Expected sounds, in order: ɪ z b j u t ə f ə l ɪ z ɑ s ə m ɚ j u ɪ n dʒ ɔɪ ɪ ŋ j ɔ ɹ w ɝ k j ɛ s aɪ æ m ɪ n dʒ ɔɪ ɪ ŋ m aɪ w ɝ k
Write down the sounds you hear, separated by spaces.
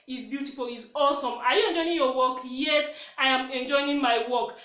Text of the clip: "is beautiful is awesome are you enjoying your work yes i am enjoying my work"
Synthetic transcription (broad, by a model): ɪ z b j u t ə f ə l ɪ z ɑ s ə m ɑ j u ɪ n dʒ ɔɪ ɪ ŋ j ɔ w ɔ k j ɛ s aɪ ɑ m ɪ n dʒ ɔɪ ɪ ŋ m aɪ w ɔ k